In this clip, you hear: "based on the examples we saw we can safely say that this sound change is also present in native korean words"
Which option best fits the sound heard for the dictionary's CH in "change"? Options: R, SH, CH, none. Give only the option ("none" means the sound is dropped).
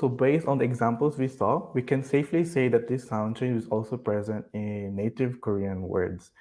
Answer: SH